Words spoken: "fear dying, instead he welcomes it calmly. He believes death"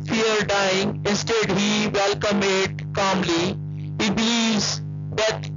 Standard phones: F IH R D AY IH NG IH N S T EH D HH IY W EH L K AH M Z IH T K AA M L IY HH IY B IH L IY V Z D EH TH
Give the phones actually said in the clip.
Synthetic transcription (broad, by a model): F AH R D AY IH NG IH N S T EH D HH IY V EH L K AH M IH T K AA M L IY HH IY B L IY Z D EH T